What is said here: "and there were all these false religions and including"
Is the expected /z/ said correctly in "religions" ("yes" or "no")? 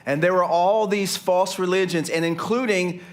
yes